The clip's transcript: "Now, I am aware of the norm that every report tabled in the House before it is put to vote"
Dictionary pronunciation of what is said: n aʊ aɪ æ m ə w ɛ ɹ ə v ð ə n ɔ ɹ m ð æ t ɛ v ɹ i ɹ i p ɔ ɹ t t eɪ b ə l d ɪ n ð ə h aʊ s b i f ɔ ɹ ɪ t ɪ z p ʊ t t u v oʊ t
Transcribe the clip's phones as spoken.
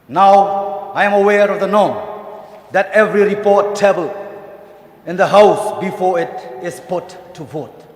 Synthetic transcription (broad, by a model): n aʊ aɪ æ m ə w ɛ ɹ ə v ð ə n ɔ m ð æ t ɛ v ɹ i ɹ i p ɔ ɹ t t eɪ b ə l ɪ n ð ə h aʊ s b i f ɔ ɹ ɪ t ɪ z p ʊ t t u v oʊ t